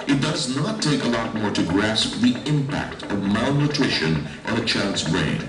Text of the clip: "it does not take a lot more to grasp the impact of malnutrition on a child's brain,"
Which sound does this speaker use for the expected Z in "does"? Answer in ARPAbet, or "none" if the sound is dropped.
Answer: Z